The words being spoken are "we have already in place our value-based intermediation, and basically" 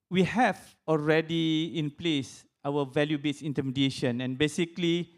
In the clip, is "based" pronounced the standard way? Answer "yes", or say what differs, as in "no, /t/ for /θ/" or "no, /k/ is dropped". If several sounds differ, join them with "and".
no, /t/ is dropped